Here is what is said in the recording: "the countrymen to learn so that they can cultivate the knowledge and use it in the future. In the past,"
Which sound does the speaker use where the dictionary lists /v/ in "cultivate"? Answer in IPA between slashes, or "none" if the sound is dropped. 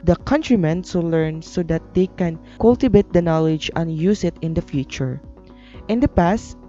/b/